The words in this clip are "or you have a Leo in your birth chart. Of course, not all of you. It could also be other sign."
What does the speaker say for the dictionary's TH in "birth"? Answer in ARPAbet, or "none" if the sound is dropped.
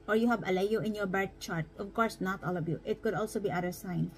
T